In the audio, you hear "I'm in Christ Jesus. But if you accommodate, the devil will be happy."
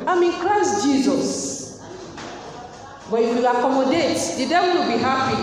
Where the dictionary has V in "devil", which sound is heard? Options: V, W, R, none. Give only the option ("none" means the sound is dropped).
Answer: W